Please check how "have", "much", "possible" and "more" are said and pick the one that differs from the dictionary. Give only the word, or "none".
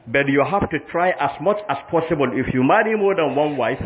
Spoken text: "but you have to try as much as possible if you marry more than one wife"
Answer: have